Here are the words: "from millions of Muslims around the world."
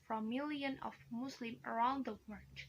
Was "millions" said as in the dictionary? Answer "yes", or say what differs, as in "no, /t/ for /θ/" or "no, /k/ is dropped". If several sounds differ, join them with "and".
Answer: no, /z/ is dropped